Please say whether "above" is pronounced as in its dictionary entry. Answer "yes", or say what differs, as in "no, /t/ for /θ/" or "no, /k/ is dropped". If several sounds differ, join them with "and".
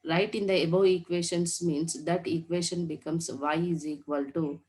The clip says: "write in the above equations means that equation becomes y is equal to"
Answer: no, /v/ is dropped